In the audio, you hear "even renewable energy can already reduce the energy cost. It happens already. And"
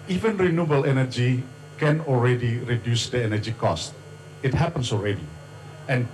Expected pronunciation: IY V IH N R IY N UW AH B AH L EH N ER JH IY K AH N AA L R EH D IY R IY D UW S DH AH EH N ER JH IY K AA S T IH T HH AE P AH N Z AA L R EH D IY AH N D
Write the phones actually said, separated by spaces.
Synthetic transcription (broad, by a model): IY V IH N R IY N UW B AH L EH N ER JH IY K AH N AA L R EH D IY R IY D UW S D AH EH N ER JH IY K AA S T IH T HH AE P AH N S AA L R EH D IY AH N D